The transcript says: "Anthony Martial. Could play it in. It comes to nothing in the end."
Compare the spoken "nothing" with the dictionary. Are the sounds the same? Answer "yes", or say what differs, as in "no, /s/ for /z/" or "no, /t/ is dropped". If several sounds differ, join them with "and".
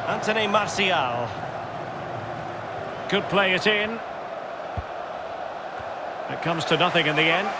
yes